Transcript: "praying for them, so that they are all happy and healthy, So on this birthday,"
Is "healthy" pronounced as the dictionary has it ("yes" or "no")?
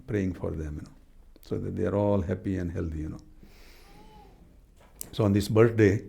no